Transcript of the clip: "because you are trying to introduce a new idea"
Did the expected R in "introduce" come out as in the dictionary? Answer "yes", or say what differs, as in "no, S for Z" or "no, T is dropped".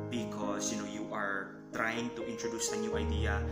yes